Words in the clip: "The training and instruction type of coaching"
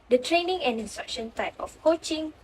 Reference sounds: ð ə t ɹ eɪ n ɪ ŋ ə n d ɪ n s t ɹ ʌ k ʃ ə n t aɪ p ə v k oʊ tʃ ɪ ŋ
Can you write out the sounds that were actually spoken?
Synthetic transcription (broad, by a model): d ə t ɹ eɪ n ɪ ŋ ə n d ɪ n s t ɹ ʌ k ʃ ə n t aɪ p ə f k oʊ tʃ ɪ ŋ